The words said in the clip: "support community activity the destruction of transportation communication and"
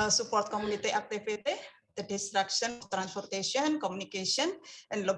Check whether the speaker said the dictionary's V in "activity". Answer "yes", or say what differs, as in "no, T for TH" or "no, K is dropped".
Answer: no, P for V